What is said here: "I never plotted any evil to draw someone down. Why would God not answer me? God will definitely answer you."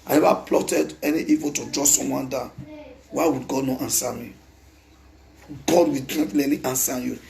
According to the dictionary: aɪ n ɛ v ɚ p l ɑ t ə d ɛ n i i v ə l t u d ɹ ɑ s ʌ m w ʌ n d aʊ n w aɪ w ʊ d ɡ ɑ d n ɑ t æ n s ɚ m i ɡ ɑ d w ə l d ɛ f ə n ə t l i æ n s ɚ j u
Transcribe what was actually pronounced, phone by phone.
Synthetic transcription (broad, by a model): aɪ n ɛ v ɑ p l ɑ t ə d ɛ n i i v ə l t u d ɹ ɑ s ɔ m w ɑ n d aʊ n w aɪ w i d ɡ ɑ d n ɑ t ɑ n s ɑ m i ɡ ɑ d w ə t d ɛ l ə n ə t i n s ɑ j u